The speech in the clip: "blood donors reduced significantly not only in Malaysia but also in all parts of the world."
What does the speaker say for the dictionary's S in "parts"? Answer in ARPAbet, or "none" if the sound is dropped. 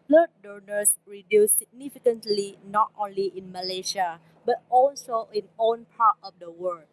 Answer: none